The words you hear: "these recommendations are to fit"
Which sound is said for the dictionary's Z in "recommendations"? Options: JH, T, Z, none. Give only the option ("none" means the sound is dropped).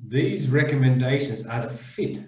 Z